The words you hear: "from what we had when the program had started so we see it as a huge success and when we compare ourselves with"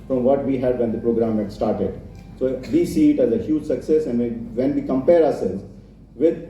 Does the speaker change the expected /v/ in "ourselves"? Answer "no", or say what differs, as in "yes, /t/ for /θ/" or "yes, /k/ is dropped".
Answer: yes, /v/ is dropped